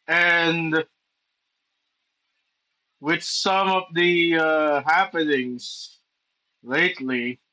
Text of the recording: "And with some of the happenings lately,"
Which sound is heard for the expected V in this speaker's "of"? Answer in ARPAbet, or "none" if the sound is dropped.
V